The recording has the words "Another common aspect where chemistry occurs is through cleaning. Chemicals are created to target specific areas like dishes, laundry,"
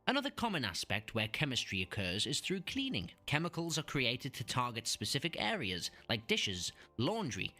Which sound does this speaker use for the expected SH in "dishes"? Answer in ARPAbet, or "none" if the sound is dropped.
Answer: SH